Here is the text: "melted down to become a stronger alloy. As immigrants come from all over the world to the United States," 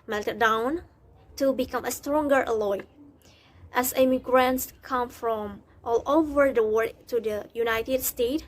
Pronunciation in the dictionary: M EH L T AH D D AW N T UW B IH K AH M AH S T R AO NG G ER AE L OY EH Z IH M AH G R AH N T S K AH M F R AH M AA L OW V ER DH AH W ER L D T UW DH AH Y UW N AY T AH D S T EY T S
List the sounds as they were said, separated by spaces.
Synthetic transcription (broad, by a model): M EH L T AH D D AW N T UW B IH K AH M AH S T R AO NG G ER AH L OY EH S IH M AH G R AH N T S K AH M F R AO M AA L OW V ER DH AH W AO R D T UW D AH Y UW N AY T AH D S T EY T